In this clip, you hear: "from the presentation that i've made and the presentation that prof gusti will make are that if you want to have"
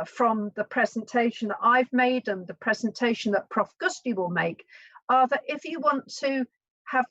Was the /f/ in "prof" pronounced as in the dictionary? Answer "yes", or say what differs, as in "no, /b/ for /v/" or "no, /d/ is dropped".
yes